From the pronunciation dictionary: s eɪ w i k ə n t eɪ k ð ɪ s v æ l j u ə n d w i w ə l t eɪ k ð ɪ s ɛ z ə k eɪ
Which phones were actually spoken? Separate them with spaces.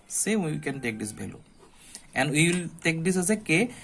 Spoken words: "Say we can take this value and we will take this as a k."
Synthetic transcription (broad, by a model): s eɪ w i k ə n t eɪ k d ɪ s b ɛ l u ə n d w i w ə l t eɪ k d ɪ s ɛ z ə k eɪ